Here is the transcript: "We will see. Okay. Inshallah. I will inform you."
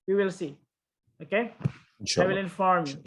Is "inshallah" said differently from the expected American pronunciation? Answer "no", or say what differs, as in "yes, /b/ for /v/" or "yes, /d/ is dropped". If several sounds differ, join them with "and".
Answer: yes, /l/ is dropped